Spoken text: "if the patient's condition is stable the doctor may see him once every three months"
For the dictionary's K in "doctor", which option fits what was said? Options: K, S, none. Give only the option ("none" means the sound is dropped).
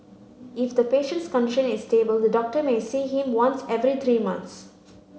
K